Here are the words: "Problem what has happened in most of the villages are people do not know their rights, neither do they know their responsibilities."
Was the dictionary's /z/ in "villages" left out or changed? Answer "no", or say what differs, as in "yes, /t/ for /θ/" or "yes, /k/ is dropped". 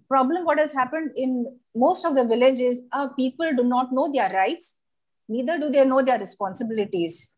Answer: no